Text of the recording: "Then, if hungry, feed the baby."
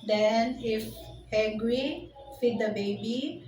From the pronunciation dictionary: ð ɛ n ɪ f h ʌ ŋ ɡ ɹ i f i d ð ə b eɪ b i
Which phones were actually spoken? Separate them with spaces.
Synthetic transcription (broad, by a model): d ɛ n ɪ f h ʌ ɡ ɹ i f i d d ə b eɪ b i